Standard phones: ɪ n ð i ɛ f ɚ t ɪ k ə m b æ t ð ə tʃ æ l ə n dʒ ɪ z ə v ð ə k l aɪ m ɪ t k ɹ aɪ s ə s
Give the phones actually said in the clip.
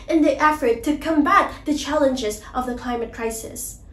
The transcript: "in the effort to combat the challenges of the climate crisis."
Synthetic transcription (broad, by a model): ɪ n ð i ɛ f ɚ t ɪ k ə m b æ t ð ə tʃ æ l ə n dʒ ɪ z ə v ð ə k l aɪ m ɪ t k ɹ aɪ s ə s